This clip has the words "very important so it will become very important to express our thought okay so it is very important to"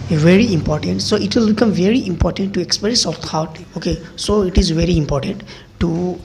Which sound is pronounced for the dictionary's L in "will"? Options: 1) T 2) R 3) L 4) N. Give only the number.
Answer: 3